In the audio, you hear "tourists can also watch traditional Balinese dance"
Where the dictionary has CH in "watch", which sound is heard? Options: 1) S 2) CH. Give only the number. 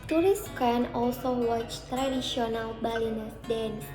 2